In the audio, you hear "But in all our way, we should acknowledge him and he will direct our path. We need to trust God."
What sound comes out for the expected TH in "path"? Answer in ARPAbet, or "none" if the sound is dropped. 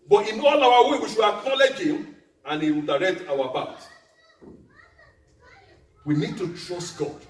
T